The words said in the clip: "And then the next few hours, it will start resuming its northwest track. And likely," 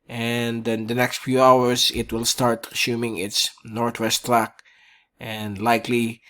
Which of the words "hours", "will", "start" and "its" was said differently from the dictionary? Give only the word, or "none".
hours